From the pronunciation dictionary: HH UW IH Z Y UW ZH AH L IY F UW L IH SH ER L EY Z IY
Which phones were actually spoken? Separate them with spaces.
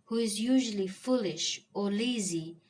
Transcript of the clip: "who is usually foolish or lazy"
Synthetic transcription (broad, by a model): HH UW IH Z Y UW ZH AH L IY F UW L IH SH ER L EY Z IY